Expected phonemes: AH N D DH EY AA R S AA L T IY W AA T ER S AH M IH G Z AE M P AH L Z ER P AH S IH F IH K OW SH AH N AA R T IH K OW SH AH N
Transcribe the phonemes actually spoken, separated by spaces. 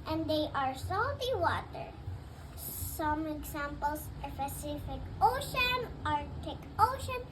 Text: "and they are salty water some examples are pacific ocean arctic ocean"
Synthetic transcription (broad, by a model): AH N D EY AA R S AA L T IY W AA T ER S AH M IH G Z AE M P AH L S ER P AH S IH F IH K OW SH AH N AA R T IH K OW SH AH N